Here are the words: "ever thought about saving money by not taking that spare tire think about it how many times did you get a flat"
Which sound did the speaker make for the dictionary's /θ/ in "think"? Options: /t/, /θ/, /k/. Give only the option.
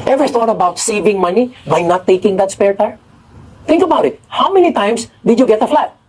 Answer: /t/